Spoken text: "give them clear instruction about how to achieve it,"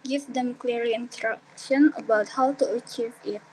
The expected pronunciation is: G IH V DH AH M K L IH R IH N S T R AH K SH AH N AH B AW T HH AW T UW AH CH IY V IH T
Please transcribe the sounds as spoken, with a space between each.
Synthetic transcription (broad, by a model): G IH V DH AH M K L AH R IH N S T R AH K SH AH N AH B AW T HH AW T UW AH CH IY V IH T